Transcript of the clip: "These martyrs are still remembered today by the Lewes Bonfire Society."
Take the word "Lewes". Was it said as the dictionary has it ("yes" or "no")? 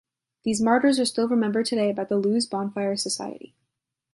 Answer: yes